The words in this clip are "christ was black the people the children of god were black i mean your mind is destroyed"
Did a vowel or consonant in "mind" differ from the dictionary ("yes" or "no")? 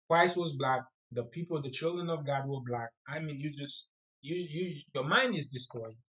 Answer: no